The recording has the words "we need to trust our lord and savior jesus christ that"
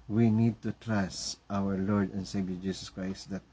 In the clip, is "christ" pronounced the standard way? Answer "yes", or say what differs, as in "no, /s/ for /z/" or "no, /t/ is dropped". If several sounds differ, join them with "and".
yes